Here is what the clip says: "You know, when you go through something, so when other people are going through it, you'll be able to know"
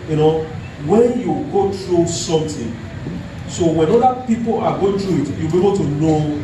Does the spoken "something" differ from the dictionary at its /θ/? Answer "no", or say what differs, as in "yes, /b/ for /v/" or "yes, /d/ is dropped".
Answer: yes, /t/ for /θ/